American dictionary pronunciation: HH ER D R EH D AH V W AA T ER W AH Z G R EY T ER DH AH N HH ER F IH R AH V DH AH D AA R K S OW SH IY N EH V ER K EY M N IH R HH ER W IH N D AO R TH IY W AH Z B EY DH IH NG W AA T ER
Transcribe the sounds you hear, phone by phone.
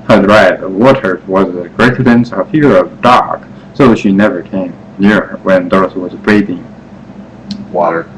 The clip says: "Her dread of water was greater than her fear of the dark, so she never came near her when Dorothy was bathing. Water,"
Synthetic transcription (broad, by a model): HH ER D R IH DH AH W AA T ER W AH Z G R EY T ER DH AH N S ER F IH R AH V D AA R K S OW SH IY N EH V ER K EY M N IH R W IH N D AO R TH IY W AH Z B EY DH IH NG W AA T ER